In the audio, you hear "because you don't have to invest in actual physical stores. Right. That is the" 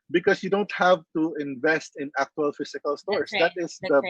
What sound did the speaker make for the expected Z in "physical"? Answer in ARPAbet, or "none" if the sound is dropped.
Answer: S